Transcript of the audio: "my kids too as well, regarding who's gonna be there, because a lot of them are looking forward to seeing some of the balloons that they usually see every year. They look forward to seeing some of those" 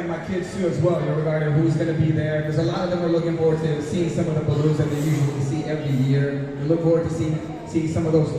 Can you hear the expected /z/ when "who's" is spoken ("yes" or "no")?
yes